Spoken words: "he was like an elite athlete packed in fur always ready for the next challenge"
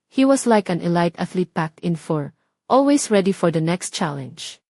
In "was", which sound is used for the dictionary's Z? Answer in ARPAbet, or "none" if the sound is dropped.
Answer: S